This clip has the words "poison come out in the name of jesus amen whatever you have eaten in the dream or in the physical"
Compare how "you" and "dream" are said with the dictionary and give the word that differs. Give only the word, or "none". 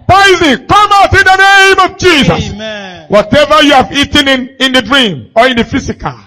none